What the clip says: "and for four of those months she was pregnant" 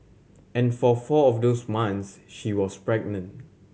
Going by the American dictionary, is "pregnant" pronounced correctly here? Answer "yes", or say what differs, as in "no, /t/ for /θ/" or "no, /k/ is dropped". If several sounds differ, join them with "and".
yes